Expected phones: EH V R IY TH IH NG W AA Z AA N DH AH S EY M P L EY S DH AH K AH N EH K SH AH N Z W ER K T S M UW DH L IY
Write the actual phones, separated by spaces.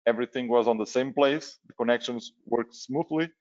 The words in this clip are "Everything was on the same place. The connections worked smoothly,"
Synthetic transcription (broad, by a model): EH V R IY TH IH NG W AA Z AA N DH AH S EY M P L EY S DH AH K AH N EH K SH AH N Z W ER K T S M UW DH L IY